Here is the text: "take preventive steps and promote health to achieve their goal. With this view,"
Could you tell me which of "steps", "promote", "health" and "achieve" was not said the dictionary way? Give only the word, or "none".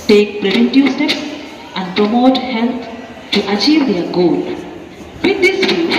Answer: health